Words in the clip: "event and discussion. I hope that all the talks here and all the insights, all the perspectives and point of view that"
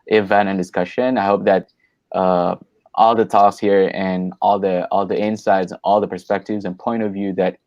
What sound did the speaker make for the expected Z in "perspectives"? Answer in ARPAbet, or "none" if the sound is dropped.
Z